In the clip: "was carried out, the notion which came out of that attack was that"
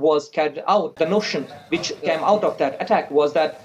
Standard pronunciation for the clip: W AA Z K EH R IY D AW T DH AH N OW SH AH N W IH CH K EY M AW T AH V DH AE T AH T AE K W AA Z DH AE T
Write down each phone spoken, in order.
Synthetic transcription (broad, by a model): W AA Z K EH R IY UH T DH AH N OW SH AH N W IH CH K EY M AW T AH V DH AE T AH T AE K W AA Z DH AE T